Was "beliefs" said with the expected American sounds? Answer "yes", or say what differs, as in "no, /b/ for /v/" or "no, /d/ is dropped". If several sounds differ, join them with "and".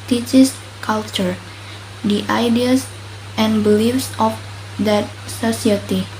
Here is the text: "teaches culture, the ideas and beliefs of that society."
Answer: yes